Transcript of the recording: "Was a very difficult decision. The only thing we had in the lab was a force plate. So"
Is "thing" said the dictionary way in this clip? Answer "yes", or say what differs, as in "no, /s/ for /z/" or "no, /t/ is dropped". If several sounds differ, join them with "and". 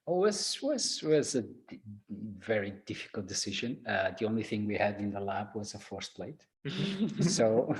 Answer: yes